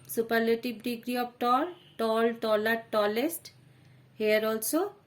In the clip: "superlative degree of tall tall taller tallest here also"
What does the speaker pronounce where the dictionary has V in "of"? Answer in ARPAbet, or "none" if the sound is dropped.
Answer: P